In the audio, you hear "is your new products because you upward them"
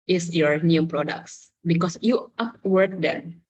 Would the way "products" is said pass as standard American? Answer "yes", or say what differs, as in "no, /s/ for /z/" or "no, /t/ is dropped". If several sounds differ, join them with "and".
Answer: yes